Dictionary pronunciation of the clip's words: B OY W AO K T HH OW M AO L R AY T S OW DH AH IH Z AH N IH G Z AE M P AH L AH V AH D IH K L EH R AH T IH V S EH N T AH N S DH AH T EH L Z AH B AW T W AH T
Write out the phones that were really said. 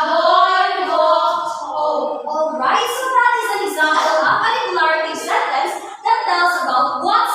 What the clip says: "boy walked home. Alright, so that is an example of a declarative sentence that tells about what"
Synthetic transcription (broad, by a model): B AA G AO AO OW AO L R AY T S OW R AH IH Z AH N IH G Z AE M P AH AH P AH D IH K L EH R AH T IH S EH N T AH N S DH AH T EH L Z AH B AW T W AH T